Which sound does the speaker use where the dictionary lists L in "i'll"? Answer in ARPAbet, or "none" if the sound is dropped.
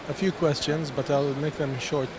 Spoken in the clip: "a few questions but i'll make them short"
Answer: L